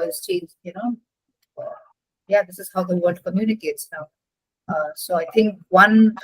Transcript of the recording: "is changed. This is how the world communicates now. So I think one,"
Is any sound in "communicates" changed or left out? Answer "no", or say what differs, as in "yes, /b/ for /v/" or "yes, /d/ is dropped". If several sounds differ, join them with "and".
no